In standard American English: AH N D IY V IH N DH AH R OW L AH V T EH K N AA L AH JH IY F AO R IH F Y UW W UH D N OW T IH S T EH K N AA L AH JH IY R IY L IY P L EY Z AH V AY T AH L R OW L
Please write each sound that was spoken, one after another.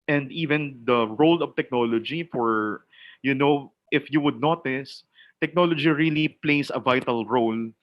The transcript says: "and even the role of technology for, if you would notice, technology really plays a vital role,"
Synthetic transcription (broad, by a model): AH N D IY V IH N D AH R OW L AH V T EH K N AA L AH JH IY F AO R IH F Y UW W UH D N OW T IH S T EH K N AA L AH JH IY R IY L IY P L EY S AH V AY T AH L R OW L